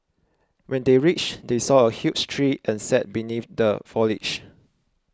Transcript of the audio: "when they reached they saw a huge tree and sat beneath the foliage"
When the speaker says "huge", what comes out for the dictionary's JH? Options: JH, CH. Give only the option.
CH